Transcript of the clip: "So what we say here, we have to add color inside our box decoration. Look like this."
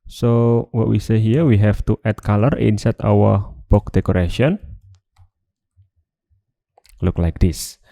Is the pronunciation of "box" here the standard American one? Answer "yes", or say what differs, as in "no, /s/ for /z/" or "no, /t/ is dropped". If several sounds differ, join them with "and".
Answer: no, /s/ is dropped